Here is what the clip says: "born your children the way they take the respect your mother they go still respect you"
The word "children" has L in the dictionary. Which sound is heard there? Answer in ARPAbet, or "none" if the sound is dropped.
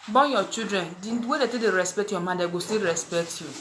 none